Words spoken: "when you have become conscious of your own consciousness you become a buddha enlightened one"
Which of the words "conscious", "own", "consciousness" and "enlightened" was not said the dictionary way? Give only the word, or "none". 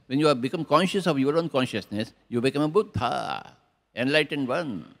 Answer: none